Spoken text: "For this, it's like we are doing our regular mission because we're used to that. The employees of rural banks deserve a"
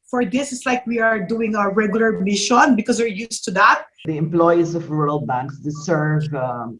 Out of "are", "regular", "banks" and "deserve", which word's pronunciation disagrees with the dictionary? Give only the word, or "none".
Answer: deserve